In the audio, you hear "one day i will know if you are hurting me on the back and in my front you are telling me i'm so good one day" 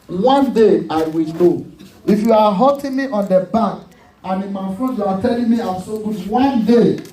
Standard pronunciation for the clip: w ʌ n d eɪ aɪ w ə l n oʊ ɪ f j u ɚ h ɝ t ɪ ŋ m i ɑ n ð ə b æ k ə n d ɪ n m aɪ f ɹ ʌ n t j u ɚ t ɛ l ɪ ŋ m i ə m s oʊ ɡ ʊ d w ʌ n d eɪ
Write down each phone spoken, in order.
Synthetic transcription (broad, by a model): w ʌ n d eɪ aɪ w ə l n oʊ ɪ f j u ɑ h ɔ t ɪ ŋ m i ɑ n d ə b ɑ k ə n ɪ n m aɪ f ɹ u t j u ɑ t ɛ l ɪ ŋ m i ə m s oʊ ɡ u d w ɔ n d eɪ